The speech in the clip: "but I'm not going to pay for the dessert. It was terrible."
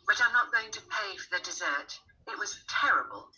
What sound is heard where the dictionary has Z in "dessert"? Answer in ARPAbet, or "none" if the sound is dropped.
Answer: Z